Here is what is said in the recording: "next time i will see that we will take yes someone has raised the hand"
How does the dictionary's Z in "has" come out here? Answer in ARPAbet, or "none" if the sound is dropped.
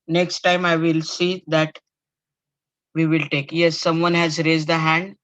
Z